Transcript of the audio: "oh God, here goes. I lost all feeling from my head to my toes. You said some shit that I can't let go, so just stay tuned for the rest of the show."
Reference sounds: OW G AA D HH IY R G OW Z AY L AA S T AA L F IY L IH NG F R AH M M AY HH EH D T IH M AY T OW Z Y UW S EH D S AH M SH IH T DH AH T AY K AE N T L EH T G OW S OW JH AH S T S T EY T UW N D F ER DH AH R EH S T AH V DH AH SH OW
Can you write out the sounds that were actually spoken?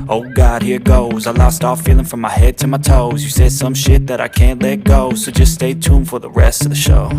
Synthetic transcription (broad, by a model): OW G AA D HH IY R G OW Z AY L AA S T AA F IY L IH NG F R AH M M AY HH EH D T IH M AY T OW Z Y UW S EH D S AH M SH IH T DH AH T AY K AE N T L EH T G OW S OW JH AH S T S T EY T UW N F ER DH AH R EH S T AH V DH AH SH OW